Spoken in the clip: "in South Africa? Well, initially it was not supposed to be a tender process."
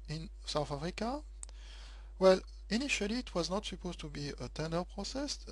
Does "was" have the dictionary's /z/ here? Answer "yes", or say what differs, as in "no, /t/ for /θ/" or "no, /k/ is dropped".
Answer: yes